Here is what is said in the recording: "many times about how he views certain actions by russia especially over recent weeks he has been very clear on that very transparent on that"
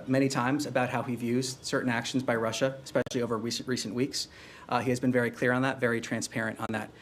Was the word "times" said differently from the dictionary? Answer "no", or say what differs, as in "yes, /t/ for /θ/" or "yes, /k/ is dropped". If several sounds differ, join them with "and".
no